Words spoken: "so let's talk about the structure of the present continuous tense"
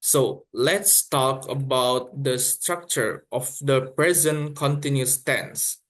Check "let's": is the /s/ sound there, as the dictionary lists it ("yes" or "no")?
yes